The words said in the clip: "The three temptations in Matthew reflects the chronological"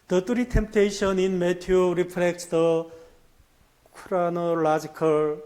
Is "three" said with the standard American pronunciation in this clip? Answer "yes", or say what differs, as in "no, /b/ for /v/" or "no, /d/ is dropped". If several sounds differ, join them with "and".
no, /t/ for /θ/